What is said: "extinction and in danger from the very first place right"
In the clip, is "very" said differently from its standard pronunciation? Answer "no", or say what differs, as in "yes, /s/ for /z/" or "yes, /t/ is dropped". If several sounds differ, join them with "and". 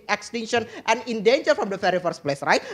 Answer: yes, /f/ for /v/